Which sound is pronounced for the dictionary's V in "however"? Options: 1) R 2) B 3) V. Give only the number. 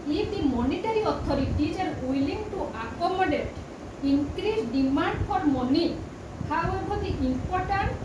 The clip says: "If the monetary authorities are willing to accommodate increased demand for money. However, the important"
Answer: 2